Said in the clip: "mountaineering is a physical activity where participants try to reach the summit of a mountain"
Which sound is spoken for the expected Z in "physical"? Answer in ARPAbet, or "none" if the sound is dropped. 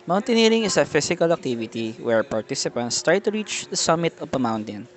S